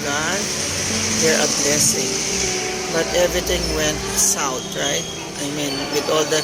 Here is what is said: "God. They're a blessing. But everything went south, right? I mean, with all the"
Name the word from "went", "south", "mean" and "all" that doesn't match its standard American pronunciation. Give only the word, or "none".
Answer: south